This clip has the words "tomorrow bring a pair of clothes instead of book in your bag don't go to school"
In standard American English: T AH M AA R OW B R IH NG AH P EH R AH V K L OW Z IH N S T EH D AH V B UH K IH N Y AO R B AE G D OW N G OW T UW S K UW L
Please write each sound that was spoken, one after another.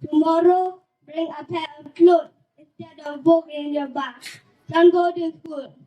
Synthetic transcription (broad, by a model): T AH M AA R OW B R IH NG AH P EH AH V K L OW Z IH N S T EH D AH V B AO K IH N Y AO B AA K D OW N G OW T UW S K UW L